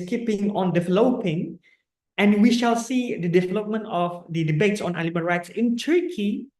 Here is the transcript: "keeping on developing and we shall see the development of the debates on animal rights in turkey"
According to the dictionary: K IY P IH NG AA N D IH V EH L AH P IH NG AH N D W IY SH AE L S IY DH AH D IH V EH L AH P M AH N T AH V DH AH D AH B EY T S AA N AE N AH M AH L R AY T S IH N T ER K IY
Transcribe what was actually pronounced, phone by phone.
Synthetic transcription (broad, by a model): K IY P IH NG AA N D IH V EH L AH P IH NG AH N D W IY SH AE L S IY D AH D IH V EH L AH P M AH N T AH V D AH D AH B EY T S AA N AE L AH M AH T R AY T S IH N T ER K IY